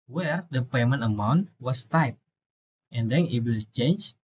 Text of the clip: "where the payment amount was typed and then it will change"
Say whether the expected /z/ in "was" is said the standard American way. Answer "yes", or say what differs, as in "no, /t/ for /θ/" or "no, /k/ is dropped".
no, /s/ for /z/